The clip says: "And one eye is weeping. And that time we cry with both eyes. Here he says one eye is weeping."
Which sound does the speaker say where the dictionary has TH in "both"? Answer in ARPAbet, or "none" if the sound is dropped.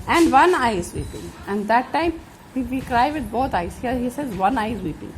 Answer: T